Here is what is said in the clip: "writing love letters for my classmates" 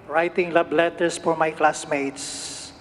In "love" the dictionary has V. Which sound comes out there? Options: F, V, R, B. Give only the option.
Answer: B